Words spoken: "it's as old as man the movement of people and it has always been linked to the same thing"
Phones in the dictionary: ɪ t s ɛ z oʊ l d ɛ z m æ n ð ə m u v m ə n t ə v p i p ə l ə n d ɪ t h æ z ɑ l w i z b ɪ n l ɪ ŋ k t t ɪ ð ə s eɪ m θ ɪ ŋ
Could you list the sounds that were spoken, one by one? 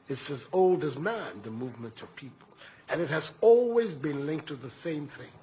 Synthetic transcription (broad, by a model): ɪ t s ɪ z oʊ l d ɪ z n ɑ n ð ə m u v m ə n t ə v p i p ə l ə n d ɪ t h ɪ z ɑ l w i z b ɪ n l ɪ ŋ k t t ɪ ð ə s eɪ m θ ɪ ŋ